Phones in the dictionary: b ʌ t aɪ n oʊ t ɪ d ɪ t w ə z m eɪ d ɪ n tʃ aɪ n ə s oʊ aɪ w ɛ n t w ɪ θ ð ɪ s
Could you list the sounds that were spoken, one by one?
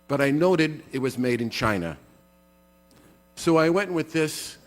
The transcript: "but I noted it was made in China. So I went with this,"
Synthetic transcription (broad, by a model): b ʌ t aɪ n oʊ t ɪ d ɪ t w ə z m eɪ d ɪ n tʃ aɪ n ə s oʊ aɪ w ɛ n t w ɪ ð ɪ s